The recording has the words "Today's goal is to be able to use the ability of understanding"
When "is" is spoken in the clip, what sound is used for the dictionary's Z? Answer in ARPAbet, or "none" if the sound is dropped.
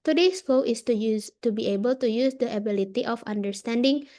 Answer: S